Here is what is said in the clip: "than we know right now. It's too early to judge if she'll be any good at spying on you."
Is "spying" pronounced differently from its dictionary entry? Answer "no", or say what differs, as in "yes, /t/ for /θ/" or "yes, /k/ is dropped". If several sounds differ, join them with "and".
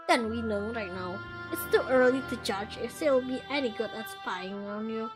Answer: yes, /f/ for /p/